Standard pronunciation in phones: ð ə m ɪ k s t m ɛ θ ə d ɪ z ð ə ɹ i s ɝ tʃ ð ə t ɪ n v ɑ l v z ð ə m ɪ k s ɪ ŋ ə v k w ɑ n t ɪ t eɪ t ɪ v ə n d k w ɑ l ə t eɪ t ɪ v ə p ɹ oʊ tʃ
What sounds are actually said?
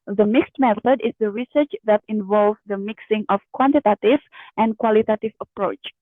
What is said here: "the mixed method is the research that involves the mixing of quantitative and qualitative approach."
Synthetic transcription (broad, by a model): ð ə m ɪ k s t m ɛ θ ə d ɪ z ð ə ɹ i s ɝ tʃ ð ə t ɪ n v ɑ l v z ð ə m ɪ k s ɪ ŋ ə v k w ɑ n t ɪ t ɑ t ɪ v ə n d k w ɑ l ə t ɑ t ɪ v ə p ɹ oʊ tʃ